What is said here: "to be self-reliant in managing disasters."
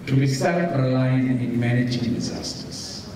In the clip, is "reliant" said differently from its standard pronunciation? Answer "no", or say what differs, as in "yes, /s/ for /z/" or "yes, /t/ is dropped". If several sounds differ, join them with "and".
yes, /t/ is dropped